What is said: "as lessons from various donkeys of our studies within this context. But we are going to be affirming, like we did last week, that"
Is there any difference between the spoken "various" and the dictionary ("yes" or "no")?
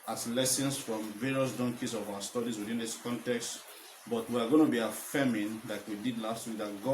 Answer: no